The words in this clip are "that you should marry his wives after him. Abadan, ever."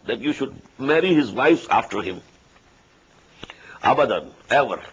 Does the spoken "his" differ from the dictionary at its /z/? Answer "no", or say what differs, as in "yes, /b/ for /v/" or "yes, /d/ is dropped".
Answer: no